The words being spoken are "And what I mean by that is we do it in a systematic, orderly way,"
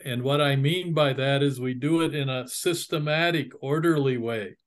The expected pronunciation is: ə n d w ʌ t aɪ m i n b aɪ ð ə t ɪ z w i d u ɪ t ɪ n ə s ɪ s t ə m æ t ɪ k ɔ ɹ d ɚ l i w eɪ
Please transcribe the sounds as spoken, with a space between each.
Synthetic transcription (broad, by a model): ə n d w ʌ t aɪ m i n b aɪ ð ə t ɪ z w i d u ɪ t ɪ n ə s ɪ s t ə m æ t ɪ k ɔ ɹ d ɚ l i w eɪ